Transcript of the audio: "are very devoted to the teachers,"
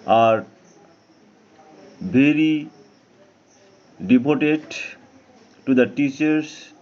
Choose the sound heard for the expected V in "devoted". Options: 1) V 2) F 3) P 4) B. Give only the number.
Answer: 3